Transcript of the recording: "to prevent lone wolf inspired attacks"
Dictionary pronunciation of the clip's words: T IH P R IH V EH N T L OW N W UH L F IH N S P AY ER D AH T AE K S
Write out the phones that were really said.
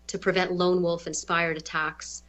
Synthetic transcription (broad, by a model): T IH P R IH V EH N T L OW N W UH L F IH N S P AY ER D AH T AE K S